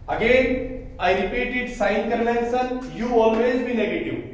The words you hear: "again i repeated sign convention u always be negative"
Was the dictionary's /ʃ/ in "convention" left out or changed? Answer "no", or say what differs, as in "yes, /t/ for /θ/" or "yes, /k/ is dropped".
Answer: yes, /s/ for /ʃ/